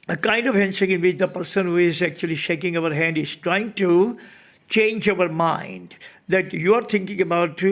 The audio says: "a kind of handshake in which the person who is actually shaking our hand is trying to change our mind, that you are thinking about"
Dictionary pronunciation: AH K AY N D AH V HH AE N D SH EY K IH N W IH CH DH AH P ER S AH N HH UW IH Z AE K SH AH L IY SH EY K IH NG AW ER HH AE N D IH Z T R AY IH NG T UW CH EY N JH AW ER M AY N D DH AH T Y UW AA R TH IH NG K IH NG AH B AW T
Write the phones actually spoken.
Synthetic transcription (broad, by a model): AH K AY N D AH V HH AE N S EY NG IH N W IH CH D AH P ER S AH N HH UW IH Z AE K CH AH L IY SH EY K IH NG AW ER HH AE N D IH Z T R AY IH NG T UW CH EY N JH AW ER M AY N D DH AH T Y UW AA R T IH NG K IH NG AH B AW T